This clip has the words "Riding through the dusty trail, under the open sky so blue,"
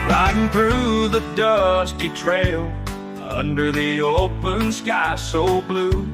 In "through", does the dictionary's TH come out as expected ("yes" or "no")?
yes